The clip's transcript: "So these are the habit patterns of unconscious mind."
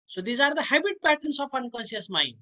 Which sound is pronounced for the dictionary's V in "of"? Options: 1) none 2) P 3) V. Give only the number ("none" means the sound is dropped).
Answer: 2